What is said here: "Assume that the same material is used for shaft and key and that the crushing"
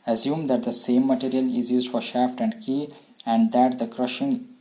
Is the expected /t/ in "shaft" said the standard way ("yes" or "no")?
yes